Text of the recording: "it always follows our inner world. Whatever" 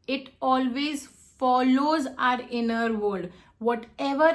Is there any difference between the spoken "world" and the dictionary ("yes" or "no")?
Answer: yes